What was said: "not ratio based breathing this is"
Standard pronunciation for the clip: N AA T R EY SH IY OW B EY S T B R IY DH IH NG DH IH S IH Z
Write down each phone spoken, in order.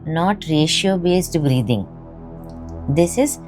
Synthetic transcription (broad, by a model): N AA T R EY SH IY OW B EY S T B R IY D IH NG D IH S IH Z